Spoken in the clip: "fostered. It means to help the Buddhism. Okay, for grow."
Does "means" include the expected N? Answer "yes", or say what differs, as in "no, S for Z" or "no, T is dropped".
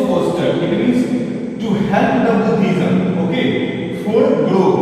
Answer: no, N is dropped